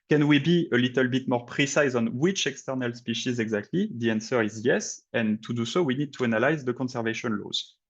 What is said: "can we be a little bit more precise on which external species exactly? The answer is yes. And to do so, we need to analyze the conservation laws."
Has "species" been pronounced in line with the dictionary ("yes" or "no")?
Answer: yes